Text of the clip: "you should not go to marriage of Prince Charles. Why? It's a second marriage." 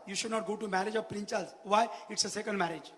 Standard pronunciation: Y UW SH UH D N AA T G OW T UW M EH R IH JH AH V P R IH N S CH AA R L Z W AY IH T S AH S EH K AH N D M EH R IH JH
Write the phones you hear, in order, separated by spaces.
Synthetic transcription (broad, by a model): Y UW SH UH D N AA T G OW T UW M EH R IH JH AH V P R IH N CH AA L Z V AY IH T S AH S EH K AH N D M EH R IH JH